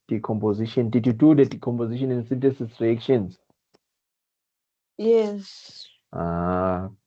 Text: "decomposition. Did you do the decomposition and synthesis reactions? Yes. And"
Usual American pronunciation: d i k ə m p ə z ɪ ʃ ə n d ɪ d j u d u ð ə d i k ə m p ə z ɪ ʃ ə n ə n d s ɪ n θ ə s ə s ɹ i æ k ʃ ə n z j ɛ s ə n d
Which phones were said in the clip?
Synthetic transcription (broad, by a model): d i k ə m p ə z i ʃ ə n d ɪ d j u d u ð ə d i k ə m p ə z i ʃ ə n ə n s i n t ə s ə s ɹ i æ k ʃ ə n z j ɛ s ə